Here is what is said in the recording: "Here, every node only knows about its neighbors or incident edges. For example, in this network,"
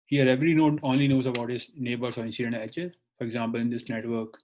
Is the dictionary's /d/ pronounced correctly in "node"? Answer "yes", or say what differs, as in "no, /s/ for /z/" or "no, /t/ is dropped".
no, /d/ is dropped